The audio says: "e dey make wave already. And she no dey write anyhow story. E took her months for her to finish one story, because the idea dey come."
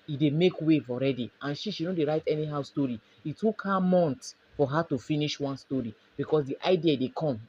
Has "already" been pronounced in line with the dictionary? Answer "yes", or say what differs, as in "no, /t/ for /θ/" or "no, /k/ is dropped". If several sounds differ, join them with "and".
yes